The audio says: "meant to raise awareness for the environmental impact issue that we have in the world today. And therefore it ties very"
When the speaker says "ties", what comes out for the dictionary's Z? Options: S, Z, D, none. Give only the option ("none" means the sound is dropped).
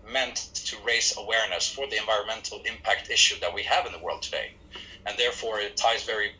Z